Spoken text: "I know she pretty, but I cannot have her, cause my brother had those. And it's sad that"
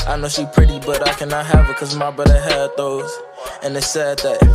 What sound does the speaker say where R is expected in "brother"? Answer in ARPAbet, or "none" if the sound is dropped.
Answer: none